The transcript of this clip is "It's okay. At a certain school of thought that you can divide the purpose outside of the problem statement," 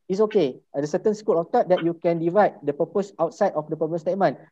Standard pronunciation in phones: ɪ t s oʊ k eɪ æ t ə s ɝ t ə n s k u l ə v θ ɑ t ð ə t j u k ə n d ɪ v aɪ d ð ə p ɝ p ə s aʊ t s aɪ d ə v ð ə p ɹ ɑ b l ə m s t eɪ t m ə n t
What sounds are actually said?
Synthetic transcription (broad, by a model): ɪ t s oʊ k eɪ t ə s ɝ t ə n s k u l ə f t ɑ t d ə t j u k ə n d ɪ v aɪ d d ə p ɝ p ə s aʊ t s aɪ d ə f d ə p ʌ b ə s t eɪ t m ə n